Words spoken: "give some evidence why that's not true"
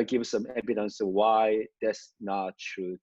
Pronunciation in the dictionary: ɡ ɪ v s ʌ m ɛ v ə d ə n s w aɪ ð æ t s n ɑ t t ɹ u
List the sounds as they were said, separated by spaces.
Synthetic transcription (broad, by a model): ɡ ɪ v s ʌ m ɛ b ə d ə n s w aɪ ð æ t s n ɑ t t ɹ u